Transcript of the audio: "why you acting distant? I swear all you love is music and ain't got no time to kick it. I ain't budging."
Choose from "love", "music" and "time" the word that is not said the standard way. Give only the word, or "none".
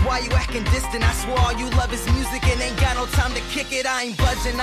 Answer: none